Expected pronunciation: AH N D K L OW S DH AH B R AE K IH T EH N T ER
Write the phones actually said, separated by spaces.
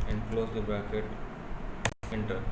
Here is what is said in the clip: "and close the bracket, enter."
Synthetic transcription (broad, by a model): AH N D K L OW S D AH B AE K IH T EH N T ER